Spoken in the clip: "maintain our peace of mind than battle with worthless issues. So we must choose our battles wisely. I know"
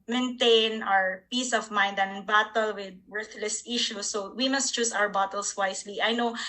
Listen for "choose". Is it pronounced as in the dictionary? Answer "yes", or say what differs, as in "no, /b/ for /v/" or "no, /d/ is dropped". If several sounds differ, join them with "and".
no, /s/ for /z/